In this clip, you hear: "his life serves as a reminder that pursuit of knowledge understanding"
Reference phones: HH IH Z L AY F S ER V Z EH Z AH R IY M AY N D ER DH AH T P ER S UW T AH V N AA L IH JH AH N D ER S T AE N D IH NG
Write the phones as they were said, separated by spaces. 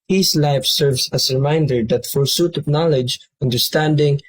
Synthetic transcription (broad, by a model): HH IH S L AY F S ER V S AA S R IY M AY N D ER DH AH T F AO S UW T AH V N AA L IH JH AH N D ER S T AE N D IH NG